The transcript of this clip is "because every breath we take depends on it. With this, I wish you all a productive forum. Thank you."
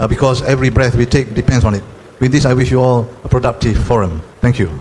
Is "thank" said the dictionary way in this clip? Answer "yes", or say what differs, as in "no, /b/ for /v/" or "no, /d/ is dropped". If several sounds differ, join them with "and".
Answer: no, /t/ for /θ/